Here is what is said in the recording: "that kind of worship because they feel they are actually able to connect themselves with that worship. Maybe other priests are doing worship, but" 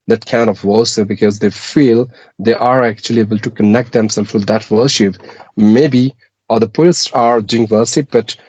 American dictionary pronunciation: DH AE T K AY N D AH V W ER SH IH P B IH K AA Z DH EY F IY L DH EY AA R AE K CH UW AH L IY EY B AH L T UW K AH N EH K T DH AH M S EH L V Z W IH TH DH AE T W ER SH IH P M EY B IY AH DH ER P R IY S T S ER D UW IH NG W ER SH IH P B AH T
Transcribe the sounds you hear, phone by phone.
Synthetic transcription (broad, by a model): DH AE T K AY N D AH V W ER S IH B IH K AA Z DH EY F IY L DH EY AA R AE K CH UW AH L IY EY B AH L T UW K AH N EH K T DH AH M S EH L Z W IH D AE T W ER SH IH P M EY B IY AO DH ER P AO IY T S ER D UW IH NG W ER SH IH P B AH T